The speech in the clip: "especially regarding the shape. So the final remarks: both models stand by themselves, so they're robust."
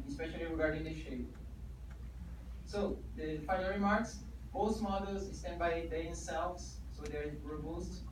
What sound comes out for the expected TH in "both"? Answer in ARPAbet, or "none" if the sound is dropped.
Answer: S